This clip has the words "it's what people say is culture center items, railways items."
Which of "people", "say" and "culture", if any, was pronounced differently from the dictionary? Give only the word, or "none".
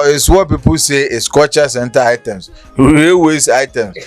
culture